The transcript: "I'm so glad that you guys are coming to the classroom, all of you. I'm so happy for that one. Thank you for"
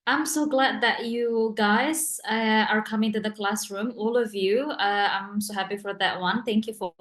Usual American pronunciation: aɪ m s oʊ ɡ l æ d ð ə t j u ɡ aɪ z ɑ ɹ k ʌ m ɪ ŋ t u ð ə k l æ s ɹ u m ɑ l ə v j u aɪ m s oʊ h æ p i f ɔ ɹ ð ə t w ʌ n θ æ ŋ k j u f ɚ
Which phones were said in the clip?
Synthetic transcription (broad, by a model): aɪ m s oʊ ɡ l æ d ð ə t j u ɡ aɪ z ɑ ɹ k ʌ m ɪ ŋ t u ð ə k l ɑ s ɹ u m ɑ l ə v j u aɪ m s oʊ h æ p i f ɔ ɹ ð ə t w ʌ n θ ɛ ŋ k j u f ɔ